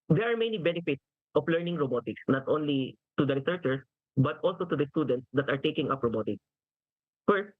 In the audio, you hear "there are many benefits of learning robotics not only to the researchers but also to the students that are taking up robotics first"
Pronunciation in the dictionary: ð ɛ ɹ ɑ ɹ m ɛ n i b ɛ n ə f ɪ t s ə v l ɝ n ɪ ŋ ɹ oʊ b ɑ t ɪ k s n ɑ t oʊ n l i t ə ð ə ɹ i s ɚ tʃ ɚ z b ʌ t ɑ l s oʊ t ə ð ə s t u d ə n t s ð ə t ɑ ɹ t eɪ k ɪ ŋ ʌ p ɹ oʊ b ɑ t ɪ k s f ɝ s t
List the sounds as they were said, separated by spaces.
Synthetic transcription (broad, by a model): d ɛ ɹ ɑ ɹ m ɛ n i b ɛ n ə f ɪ t s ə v l ɝ n ɪ ŋ ɹ oʊ b ɑ t ɪ k s n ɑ t oʊ n l i t ə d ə ɹ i s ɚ tʃ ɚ s b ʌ t ɑ l s oʊ t ə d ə s t u d ə n t s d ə t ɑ ɹ t eɪ k ɪ ŋ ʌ p ɹ oʊ b ɑ t ɪ k s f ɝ s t